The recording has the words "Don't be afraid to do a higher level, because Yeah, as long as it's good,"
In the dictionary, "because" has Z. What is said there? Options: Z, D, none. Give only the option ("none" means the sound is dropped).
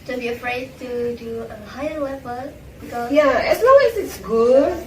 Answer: none